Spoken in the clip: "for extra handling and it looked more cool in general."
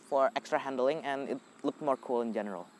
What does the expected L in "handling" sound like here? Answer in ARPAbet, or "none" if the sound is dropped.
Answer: L